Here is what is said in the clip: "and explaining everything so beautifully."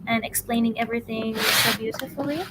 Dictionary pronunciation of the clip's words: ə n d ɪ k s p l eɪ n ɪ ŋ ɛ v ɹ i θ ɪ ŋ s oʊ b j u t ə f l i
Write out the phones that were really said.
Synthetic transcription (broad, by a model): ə n ɪ k s p l eɪ n ɪ ŋ ɛ v ɹ i θ ɪ ŋ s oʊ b j u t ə f l i